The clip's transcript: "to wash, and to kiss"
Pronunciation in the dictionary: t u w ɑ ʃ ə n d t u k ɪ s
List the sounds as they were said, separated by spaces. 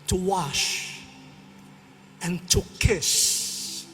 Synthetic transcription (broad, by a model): t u w ɑ ʃ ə n t u k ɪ s